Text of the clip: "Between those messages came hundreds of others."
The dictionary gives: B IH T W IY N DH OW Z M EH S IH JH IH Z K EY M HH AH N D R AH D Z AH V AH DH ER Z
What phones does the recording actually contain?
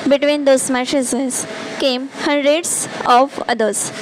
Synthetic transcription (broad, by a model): B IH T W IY N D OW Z M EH SH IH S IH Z K EY M HH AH N D R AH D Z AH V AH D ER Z